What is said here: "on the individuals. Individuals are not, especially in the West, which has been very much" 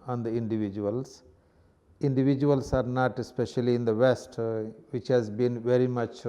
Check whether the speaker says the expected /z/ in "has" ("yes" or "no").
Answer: yes